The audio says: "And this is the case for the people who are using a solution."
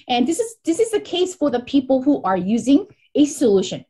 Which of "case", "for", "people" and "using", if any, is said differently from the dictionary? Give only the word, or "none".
none